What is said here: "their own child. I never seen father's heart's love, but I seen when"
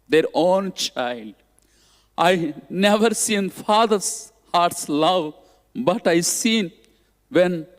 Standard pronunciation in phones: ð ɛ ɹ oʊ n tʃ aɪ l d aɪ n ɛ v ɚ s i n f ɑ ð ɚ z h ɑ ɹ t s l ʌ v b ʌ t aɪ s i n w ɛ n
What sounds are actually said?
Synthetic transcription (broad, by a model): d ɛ ɹ oʊ n tʃ aɪ l d aɪ n ɛ v ɚ s i n f ɑ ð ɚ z h ɑ ɹ t s l ʌ v b ʌ t aɪ s i n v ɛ n